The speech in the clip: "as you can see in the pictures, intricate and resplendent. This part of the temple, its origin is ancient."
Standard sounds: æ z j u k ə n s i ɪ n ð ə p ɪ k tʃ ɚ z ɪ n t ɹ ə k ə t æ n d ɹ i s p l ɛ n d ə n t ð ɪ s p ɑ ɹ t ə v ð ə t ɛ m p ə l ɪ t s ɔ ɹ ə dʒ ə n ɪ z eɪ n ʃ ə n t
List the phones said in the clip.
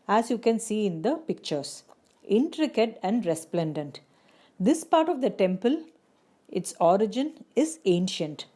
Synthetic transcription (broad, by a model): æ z j u k ə n s i ɪ n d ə p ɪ k tʃ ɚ s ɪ n t ɹ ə k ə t æ n d ɹ i s p l ɛ n d ə n t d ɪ s p ɑ ɹ t ə v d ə t ɛ m p ə l ɪ t s ɔ ɹ ə dʒ ə n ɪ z eɪ n ʃ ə n t